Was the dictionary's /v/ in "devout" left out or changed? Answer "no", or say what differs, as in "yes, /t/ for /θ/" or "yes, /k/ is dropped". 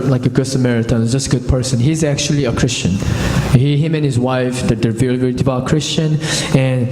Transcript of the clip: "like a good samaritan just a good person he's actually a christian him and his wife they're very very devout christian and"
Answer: yes, /b/ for /v/